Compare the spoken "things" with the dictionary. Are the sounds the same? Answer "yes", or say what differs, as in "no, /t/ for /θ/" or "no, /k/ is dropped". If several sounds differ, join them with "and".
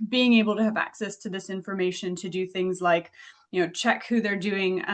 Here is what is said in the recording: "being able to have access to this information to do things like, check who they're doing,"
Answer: yes